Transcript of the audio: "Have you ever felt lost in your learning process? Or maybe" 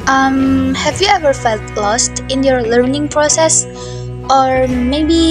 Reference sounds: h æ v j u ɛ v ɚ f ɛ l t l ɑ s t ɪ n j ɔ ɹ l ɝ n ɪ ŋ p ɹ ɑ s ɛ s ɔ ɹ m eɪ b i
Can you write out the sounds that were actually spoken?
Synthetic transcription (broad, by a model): h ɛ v j u ɛ v ɚ f ɛ l t l ɑ s t ɪ n j ɔ ɹ l ɝ n ɪ ŋ p ɹ ɑ s ɛ s ɔ ɹ m eɪ b i